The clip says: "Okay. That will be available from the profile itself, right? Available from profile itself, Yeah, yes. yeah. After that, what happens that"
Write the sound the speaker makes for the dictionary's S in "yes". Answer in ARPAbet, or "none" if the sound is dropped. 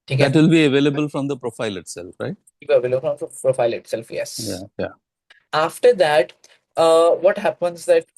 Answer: none